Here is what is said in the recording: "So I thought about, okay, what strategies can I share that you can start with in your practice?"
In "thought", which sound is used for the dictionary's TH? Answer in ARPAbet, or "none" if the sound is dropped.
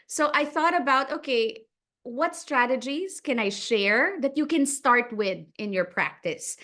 TH